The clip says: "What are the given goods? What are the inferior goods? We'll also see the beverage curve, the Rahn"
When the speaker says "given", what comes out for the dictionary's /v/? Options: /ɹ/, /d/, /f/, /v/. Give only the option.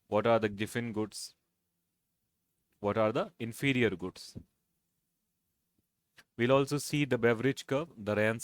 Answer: /f/